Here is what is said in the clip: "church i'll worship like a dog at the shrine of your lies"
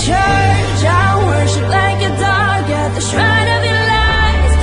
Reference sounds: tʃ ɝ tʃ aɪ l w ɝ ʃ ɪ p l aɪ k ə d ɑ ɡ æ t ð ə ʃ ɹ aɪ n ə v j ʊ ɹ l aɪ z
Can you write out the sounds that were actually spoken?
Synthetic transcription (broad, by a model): tʃ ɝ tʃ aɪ w ɝ ʃ ɪ p l aɪ k ə d ɑ ɡ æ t ð ə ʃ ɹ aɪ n ə v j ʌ l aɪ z